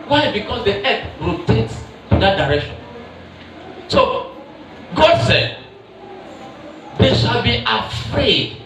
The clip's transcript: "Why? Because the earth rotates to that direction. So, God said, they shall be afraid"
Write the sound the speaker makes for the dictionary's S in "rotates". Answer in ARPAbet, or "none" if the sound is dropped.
S